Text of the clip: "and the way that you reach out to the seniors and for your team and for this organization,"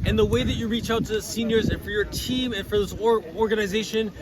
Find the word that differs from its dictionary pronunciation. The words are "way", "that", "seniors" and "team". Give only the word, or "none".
none